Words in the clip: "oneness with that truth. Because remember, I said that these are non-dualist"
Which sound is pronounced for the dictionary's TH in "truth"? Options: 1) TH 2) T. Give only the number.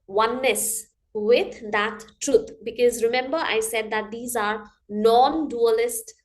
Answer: 2